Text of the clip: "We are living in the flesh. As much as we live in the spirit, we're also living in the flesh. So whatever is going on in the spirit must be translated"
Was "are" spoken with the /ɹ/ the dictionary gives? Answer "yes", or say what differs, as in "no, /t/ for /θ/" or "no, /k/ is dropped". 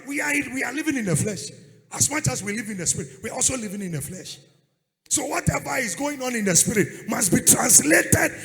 no, /w/ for /ɹ/